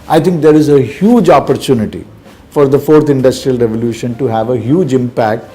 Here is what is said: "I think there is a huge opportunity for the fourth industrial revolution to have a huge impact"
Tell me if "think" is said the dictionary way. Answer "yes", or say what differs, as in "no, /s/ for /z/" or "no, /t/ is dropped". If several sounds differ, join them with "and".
no, /t/ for /θ/